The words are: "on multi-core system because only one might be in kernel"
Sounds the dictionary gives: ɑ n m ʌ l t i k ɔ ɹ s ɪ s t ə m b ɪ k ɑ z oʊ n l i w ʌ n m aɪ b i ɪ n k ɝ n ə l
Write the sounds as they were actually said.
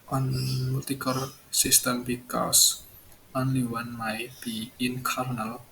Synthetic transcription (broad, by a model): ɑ n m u t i k ɔ ɹ s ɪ s t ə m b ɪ k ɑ s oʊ n l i w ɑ n m aɪ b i ɪ n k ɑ n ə l